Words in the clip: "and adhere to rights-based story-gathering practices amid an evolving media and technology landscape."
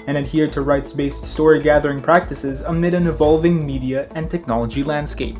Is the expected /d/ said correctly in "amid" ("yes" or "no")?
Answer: yes